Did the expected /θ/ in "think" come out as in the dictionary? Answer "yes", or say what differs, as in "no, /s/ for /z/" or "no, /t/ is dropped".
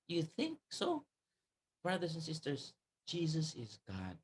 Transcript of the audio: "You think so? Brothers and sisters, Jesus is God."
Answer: yes